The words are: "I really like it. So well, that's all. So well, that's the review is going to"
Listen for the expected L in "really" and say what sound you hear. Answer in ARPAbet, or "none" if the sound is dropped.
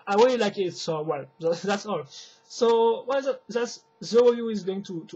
W